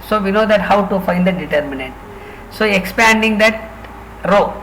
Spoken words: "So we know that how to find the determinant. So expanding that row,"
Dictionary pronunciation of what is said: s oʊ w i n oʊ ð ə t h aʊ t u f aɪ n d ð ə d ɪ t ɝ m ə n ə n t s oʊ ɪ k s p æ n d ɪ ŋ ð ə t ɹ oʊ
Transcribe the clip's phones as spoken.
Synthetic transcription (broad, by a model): s oʊ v i n oʊ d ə t h aʊ t u f aɪ n d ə d ɪ t ɝ m ə n ə n t s oʊ ɪ k s p æ n d ɪ ŋ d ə t ɹ oʊ